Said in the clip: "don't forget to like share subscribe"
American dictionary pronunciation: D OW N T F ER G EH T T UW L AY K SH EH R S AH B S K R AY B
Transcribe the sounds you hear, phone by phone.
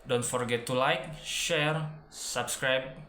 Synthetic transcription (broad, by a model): D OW N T F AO G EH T T UW L AY K SH EH R S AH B S K R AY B